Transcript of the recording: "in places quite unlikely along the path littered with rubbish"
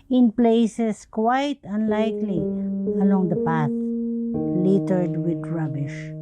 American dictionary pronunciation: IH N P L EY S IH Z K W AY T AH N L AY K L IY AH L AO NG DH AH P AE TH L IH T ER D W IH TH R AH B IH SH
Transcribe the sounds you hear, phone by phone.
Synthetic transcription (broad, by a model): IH N P L EY S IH S K W AY T AH N L AY K L IY AH L AO NG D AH P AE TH L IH T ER D W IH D R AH B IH SH